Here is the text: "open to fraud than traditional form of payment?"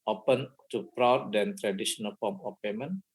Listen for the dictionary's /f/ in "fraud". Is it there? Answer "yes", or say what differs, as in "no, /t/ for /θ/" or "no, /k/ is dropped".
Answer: no, /p/ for /f/